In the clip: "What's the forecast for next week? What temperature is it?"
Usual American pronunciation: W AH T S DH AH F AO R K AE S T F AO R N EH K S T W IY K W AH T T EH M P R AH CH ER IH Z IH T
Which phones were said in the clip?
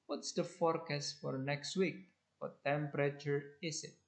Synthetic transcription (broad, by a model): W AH T S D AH F AO R K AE S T F AO R N EH K S T W IY K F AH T T EH M P R AH CH ER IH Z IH T